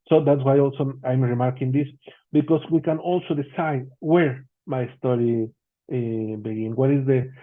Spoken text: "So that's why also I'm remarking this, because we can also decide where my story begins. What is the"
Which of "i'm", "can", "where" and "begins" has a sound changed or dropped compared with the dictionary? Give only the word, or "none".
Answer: begins